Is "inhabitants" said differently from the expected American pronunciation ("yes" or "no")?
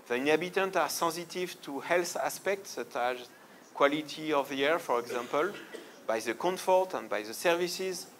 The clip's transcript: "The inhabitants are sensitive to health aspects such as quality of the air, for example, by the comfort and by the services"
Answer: yes